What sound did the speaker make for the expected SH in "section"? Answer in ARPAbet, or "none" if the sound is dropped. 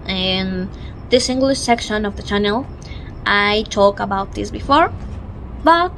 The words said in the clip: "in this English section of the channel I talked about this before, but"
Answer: SH